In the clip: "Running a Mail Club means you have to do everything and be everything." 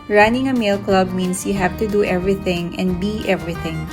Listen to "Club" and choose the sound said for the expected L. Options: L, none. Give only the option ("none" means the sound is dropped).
L